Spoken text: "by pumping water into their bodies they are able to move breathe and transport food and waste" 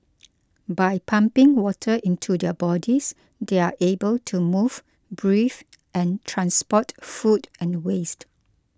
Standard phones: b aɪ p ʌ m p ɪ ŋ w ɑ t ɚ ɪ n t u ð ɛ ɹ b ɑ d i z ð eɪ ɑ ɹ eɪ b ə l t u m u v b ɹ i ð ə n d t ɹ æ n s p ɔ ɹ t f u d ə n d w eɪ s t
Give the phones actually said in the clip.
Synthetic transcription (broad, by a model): b aɪ p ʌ m p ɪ ŋ w ɑ t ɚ ɪ n t u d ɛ b ɑ d i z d eɪ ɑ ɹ eɪ b ə l t u m u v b ɹ i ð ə n t ɹ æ n s p ɔ t f u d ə n w eɪ s t